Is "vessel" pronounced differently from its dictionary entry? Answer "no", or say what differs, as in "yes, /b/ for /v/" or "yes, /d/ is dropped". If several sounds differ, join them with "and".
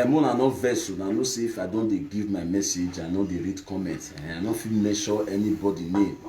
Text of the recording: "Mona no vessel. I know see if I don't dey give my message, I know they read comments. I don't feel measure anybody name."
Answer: yes, /n/ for /l/